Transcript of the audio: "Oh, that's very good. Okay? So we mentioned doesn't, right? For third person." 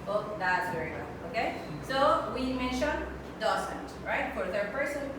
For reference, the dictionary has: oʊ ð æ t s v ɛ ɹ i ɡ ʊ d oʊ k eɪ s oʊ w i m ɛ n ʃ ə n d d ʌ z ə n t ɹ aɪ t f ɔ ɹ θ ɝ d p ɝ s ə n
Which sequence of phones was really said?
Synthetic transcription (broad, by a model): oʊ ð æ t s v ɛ ɹ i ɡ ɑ oʊ k eɪ s oʊ w i m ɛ n ʃ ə n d d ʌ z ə n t ɹ aɪ t f ɔ ɹ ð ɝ p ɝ s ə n